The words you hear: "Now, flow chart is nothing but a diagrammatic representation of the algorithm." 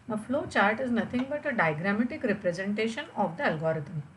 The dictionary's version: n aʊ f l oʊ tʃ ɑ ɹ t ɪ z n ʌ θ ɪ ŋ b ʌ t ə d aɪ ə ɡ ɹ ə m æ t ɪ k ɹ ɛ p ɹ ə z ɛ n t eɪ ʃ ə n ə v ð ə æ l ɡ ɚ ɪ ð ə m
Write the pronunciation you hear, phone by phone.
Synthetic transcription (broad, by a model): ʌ f l oʊ tʃ ɑ ɹ t ɪ z n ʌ t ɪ ŋ b ʌ t ə d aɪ ɡ ɹ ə m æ t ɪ k ɹ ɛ p ɹ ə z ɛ n t eɪ ʃ ə n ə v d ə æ l ɡ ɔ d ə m